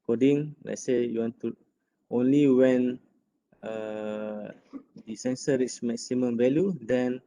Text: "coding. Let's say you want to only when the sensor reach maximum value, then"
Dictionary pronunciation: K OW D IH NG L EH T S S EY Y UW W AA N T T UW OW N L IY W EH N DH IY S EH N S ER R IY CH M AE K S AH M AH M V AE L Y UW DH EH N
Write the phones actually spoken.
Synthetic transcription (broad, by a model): K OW D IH NG L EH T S S EY Y UW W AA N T T UW OW N L IY W EH N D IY S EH N S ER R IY S M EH K S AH M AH M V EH L Y UW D EH N